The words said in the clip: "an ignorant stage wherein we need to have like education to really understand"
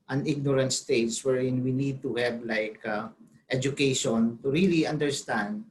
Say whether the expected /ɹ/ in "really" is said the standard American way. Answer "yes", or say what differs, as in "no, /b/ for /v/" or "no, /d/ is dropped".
yes